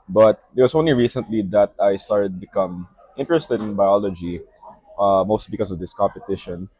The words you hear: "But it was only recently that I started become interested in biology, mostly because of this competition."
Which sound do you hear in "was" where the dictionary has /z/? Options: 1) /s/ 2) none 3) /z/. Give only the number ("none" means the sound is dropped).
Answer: 1